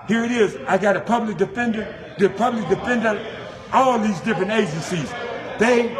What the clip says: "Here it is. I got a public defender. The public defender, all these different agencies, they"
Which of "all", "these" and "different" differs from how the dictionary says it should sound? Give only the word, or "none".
none